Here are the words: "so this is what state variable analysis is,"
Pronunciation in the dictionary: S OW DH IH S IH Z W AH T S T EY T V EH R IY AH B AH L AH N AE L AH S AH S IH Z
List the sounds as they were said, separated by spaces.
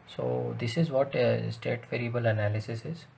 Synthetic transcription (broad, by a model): S OW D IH S IH Z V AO T S T EY T V EH R IY AH B AH L AH N AE L AH S AH S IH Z